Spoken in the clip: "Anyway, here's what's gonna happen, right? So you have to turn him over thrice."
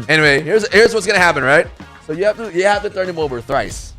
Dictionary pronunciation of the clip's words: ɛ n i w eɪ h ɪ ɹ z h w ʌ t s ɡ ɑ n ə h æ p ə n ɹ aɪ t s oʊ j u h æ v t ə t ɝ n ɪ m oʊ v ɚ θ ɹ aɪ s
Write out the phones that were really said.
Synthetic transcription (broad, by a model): ɛ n i w eɪ h ɪ ɹ z h w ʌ t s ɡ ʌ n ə h æ p ə n ɹ aɪ t s oʊ j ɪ h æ f t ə t ɝ n ɪ m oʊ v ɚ θ ɹ aɪ s